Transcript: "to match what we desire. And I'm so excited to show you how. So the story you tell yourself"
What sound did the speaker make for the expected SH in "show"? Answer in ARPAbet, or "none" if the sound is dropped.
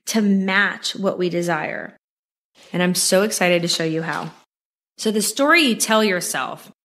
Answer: SH